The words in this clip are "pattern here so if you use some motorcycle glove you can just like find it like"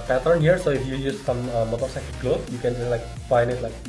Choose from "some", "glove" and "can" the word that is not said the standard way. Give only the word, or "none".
glove